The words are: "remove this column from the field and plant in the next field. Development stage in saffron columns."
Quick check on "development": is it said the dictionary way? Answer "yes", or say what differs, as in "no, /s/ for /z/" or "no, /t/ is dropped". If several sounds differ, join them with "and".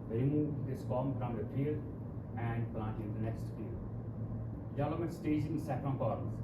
no, /p/ is dropped